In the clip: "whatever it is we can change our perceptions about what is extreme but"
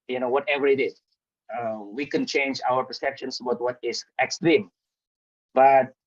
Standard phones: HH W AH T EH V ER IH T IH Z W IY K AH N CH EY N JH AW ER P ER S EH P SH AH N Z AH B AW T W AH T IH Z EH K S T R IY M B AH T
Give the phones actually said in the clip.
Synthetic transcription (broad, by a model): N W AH T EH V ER IH T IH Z W IY K AH N CH EY N JH AW ER P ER S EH P SH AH N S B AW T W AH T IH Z EH K S T R IY M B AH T